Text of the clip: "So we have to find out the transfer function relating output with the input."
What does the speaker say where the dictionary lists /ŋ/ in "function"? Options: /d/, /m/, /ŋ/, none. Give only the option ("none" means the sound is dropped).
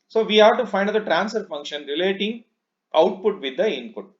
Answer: /ŋ/